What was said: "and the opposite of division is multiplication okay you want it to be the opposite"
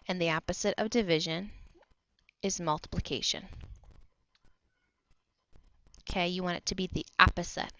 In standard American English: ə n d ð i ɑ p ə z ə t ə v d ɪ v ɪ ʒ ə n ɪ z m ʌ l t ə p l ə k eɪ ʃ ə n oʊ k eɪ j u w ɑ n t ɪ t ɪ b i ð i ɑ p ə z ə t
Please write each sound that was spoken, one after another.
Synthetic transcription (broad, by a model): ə n ð i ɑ p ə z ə t ə v d ɪ v ɪ ʒ ə n ɪ z m ʌ l t ə p l ə k eɪ ʃ ə n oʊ k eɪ j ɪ w ɑ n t ɪ t ɪ b i ð i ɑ p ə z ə t